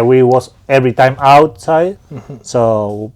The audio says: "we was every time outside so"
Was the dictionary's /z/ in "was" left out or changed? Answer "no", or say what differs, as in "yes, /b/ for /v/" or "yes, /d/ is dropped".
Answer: yes, /s/ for /z/